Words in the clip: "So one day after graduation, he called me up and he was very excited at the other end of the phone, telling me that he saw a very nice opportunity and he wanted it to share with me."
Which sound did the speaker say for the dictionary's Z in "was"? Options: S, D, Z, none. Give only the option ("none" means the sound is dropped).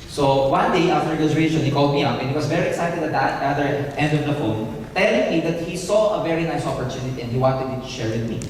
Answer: S